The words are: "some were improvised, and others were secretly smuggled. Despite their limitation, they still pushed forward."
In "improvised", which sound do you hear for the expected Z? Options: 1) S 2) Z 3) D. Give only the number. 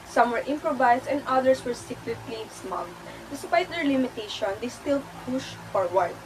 1